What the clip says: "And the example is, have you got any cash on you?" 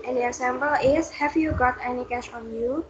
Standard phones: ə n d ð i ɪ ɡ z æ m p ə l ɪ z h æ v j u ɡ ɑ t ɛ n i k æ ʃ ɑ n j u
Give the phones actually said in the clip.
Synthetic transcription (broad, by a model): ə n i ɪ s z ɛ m b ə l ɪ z h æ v j u ɡ ɑ t ɛ n i k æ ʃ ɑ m j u